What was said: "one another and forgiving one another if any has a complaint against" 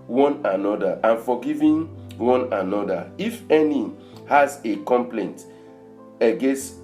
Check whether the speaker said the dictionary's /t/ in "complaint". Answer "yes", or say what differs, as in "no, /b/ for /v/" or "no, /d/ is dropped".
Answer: yes